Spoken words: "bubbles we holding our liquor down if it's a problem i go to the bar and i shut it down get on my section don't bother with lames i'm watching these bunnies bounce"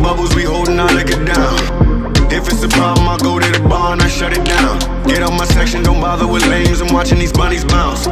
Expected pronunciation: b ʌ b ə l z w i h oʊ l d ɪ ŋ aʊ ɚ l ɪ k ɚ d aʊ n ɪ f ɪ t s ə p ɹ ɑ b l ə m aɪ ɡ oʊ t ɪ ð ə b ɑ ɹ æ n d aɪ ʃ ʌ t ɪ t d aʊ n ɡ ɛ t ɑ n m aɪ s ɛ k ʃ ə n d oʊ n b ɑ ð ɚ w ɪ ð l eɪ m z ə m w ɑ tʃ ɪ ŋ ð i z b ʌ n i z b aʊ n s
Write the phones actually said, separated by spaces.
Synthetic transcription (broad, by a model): b ʌ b l z w i h oʊ l d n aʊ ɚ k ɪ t d aʊ n ɪ f ɪ t s ə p ɑ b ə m aɪ ɡ oʊ t ɪ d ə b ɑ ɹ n aɪ ʃ ʌ t ɪ t d aʊ n ɡ ɛ t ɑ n m aɪ s ɛ k ʃ ə n d oʊ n b ɑ ð ɚ w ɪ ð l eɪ m z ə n w ɑ tʃ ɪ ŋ ð i z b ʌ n i z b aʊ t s